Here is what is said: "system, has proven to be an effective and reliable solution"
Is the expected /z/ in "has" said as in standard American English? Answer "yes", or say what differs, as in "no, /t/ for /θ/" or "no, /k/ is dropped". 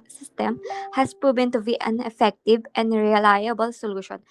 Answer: no, /s/ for /z/